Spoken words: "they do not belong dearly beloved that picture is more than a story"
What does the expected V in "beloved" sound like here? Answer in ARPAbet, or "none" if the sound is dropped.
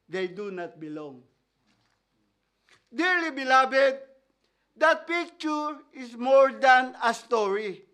B